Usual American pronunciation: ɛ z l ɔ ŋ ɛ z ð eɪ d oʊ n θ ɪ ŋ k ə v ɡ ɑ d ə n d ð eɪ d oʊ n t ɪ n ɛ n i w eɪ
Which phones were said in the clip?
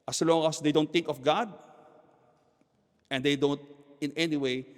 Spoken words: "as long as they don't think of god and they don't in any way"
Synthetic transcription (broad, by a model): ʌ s l ɔ ŋ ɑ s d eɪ d oʊ n t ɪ ŋ k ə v ɡ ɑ d ə n d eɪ d oʊ n t ɪ n ɛ n i w eɪ